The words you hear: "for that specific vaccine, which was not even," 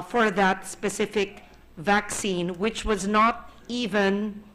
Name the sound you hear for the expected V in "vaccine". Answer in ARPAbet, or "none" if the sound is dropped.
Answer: V